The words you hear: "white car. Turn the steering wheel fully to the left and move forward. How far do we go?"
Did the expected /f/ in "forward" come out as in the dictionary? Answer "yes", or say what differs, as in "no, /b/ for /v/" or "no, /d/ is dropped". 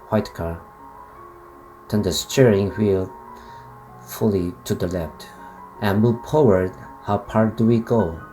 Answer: no, /p/ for /f/